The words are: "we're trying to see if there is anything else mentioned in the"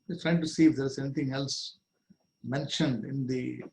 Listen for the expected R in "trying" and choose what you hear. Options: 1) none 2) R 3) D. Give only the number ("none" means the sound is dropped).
2